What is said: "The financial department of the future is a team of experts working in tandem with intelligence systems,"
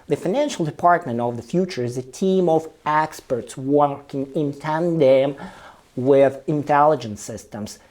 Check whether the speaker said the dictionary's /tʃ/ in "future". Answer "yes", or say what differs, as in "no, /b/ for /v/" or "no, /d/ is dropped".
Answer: yes